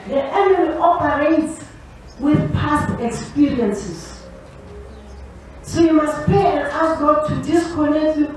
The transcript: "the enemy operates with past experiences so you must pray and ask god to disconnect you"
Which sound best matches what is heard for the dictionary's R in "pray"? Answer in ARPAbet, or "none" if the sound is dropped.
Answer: none